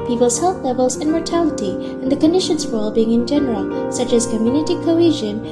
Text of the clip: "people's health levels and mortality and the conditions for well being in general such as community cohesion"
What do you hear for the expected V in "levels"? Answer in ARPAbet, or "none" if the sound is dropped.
V